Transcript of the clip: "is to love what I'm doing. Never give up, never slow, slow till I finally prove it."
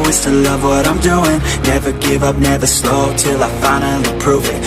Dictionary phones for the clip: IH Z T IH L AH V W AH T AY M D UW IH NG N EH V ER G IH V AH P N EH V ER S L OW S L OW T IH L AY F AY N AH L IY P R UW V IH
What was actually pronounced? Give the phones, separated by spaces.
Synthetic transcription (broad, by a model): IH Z T IH L AH V W AH T AY M D UW IH NG N EH V ER G IH V AH P N EH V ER S L OW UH T IH L AY F AY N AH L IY P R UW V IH